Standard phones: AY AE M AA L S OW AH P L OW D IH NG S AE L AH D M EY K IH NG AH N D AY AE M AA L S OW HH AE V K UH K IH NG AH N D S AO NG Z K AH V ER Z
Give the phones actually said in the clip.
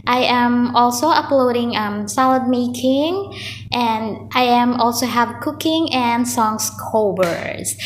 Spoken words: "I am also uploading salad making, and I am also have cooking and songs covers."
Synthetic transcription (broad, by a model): AY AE M AA L S OW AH P L OW D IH NG S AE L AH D M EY K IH NG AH N D AY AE M AA L S OW HH AE V K UH K IH NG AH N D S AO NG S K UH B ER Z